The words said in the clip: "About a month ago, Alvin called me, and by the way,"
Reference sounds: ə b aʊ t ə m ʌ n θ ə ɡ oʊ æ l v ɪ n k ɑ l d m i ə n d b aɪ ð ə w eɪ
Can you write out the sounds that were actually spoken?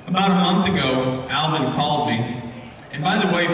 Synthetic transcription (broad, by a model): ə b aʊ t ə m ʌ n θ ə ɡ oʊ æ l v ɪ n k ɑ l d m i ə n b aɪ ð ə w eɪ